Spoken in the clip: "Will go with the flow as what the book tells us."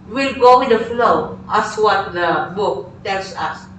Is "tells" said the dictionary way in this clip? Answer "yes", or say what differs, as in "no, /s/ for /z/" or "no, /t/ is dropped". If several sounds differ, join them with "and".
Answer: no, /s/ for /z/